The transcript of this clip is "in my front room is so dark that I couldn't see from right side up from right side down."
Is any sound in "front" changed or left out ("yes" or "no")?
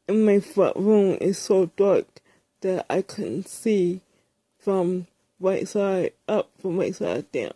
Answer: yes